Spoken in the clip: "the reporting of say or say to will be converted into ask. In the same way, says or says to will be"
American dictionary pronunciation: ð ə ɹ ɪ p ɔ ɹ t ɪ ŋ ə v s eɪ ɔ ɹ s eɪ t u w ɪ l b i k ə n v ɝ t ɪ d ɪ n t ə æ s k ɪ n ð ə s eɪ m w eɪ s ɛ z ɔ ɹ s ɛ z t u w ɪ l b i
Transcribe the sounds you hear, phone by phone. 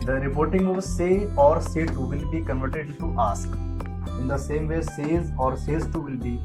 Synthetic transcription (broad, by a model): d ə ɹ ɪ p ɔ ɹ t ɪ ŋ ə v s eɪ ɔ ɹ s eɪ t u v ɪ l b i k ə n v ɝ t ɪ d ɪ t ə s k ɪ n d ə s eɪ m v eɪ s ɛ z ɔ ɹ s ɛ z t u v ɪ l b i